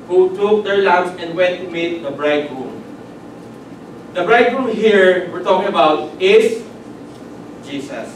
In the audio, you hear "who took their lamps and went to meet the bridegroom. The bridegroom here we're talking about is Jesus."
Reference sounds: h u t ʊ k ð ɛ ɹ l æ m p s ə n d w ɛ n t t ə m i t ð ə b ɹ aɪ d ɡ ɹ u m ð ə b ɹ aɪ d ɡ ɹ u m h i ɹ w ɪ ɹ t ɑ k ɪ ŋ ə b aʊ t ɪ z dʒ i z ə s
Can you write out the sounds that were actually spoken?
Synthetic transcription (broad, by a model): h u t ʊ k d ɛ ɹ l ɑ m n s ə n d w ɛ n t t ə m i t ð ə b ɹ aɪ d ɹ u m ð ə b ɹ aɪ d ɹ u m h i ɹ w ɪ ɹ t ɑ k ɪ ŋ ə b aʊ t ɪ s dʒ i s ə s